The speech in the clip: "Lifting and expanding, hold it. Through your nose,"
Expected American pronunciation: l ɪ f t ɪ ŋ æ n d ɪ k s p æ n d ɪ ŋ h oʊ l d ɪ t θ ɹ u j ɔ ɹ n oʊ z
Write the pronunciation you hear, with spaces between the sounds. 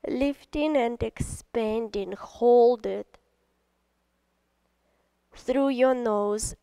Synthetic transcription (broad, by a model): l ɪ f t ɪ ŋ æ n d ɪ k s p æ n d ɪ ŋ h oʊ l d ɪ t θ ɹ u j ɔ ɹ n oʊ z